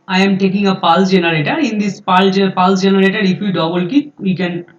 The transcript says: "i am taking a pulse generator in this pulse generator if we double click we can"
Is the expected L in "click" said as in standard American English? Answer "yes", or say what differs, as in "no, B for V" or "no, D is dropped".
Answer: no, L is dropped